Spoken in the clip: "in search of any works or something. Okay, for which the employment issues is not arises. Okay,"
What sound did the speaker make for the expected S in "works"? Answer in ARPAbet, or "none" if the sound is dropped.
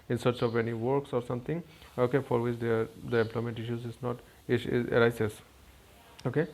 S